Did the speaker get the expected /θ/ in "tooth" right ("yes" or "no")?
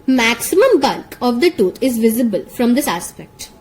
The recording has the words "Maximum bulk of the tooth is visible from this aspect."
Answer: no